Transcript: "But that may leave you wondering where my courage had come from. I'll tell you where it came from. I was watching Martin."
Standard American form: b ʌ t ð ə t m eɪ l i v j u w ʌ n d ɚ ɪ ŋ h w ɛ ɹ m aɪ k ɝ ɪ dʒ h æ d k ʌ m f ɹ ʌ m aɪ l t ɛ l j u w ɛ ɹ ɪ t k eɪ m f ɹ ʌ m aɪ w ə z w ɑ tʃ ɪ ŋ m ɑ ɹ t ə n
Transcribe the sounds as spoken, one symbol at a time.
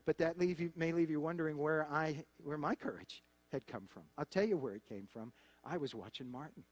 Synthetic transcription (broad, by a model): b ʌ t ð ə t m eɪ l i v j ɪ w ʌ n d ɚ ɪ ŋ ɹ w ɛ ɹ m aɪ k ɝ ɪ dʒ h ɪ d k ʌ m f ɹ ʌ m aɪ l t ɛ l j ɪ w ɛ ɹ ɪ t k eɪ m f ɹ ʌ m aɪ w ə z w ɑ tʃ ɪ ŋ m ɑ ɹ t n